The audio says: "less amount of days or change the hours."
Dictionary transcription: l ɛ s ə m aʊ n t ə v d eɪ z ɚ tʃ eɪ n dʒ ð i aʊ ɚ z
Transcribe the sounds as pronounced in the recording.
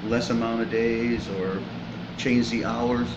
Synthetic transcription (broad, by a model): l ɛ s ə m aʊ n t ə v d eɪ z ɚ tʃ eɪ n dʒ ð i aʊ ɚ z